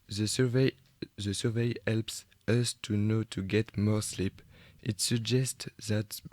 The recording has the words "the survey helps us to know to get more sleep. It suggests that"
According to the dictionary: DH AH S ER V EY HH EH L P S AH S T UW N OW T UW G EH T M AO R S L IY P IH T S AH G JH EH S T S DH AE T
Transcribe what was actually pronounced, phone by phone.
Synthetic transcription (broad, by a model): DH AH S ER V EY HH EH L P S AH S T UW N OW T UW G EH T M AO R S L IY P IH T S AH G JH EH S T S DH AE T